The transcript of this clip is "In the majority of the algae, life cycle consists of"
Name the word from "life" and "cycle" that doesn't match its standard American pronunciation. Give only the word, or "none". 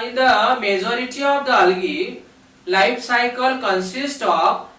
life